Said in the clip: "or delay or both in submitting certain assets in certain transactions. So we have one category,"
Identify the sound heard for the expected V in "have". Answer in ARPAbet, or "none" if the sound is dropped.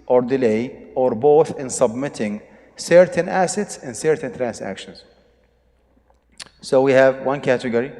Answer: V